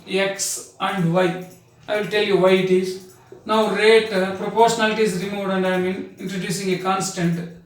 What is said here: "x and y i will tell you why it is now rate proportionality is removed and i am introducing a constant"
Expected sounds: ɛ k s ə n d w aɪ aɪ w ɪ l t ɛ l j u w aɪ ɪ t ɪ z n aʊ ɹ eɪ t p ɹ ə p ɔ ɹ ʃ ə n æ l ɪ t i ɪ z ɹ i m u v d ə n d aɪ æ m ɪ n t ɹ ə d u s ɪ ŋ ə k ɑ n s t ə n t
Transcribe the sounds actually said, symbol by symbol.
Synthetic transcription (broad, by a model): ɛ k s ə n d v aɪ aɪ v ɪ l t ɛ l j u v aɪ ɪ t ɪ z n aʊ ɹ eɪ t p ɹ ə p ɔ ɹ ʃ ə n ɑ l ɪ t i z ɹ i m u d ə n d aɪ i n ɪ n t ɹ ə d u s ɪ ŋ ə k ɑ n s t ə n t